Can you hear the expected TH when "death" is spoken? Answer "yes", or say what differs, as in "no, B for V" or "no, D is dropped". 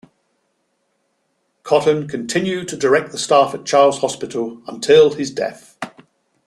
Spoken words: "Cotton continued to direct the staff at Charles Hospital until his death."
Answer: yes